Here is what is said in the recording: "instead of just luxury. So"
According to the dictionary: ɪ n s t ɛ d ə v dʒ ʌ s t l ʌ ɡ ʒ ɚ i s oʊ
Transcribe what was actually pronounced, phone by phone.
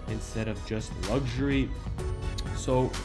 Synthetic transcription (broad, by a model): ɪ n s t ɛ d ə v dʒ ʌ s t l ʌ ɡ ʒ ɚ i s oʊ